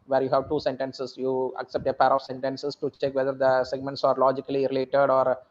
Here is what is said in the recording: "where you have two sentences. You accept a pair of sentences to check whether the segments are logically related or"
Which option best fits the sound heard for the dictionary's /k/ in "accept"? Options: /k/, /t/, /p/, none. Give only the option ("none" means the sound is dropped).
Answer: /k/